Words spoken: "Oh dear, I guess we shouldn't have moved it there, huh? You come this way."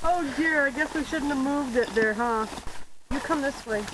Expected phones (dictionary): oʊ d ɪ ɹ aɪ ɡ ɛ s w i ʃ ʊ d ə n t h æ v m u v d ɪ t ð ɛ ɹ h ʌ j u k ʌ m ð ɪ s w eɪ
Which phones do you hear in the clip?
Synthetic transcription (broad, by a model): oʊ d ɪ ɹ aɪ ɡ ɛ s w i ʃ ʊ d n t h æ v m u v d ɪ t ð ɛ ɹ h ʌ j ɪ k ʌ m ð ɪ s w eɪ